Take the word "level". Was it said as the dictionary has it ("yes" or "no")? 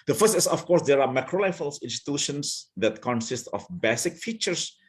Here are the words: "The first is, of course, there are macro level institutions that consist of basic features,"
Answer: no